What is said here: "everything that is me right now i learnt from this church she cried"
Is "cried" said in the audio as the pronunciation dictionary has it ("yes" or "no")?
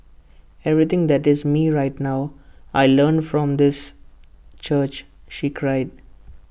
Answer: yes